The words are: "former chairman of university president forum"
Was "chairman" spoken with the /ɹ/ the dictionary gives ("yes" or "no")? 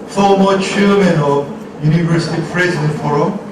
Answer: no